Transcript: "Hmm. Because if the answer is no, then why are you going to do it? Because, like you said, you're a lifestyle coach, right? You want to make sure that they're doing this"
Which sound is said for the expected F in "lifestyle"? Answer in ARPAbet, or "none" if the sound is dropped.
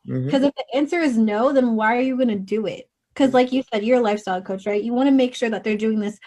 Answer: F